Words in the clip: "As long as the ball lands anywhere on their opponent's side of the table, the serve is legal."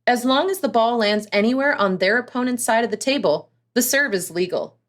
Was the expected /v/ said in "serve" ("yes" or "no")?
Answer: yes